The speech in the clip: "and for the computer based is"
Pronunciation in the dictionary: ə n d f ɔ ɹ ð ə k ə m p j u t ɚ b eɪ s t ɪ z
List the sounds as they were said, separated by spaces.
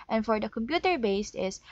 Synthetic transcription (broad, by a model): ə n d f ɔ ɹ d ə k ə m p j u t ɚ b eɪ s t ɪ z